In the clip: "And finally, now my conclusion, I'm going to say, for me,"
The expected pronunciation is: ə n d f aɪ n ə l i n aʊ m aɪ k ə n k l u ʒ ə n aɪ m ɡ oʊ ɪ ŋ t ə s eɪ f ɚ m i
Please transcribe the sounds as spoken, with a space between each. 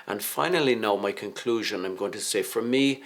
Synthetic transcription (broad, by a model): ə n f aɪ n ə l i n aʊ m aɪ k ə n k l u ʒ ə n aɪ m ɡ oʊ ɪ ŋ t ə s eɪ f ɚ m i